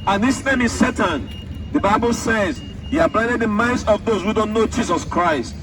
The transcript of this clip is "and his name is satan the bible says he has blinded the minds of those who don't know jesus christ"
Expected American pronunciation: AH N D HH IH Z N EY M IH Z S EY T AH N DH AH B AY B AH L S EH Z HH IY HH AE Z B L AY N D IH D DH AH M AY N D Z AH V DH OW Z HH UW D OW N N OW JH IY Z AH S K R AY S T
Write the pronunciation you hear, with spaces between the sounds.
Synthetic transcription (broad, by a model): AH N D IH S N EY M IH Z S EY T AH N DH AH B AY B AH L S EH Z HH IY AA B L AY D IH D DH AH M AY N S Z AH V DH OW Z HH UW D OW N N OW JH IY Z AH S K R AY S T